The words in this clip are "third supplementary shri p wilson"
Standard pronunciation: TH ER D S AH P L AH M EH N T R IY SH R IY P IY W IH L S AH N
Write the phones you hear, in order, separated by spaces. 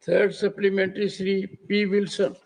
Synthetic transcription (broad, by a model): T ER D S AH P L AH M EH N T R IY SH R IY P IY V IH L S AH N